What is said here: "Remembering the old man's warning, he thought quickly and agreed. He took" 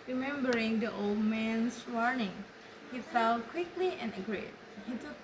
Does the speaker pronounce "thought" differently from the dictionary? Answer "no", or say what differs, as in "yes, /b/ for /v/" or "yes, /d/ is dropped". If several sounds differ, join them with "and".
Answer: yes, /f/ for /θ/